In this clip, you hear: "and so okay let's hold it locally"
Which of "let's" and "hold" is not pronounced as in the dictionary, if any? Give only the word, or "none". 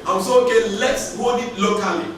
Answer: hold